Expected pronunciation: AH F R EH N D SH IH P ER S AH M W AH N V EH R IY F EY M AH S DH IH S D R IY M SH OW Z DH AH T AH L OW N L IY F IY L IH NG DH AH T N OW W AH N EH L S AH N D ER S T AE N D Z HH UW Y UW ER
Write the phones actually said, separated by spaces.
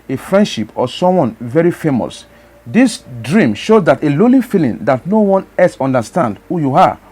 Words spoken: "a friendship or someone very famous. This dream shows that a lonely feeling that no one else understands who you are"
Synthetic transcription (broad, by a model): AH F R EH N D SH IH P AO S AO M W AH N V EH R IY F EY M AH S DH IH S D R IY M SH OW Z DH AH T AH L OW L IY F IY L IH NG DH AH T N OW W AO N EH S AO N D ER S T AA N D HH UW Y UW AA